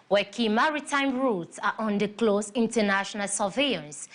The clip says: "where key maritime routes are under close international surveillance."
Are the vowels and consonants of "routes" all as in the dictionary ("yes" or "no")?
yes